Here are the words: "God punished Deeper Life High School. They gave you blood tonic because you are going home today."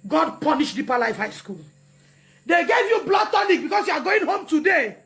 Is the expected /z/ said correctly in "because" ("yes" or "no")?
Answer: no